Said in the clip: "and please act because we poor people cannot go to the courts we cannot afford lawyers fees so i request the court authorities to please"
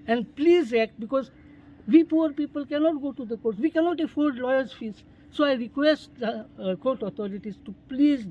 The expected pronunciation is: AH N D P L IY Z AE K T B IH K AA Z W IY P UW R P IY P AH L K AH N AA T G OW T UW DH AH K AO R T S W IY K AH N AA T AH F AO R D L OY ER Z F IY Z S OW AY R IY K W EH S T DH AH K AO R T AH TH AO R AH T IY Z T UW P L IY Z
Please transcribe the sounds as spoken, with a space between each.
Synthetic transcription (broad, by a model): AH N D P L IY Z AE K T B IH K AA Z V IY P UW R P IY P AH L K AH N AA T G OW T UW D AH K AO R T S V IY K AH N AA T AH F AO L D L OY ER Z F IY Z S OW AY R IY K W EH S T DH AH K AO R T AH T AO R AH T IY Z T UW P L IY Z